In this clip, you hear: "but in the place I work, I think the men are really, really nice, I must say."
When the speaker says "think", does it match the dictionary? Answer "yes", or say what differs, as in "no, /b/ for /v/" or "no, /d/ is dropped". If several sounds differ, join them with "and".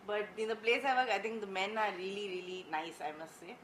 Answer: no, /t/ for /θ/